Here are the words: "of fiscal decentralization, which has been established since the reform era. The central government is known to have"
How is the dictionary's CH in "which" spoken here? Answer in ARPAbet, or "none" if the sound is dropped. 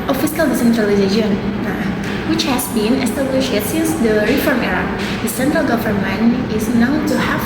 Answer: CH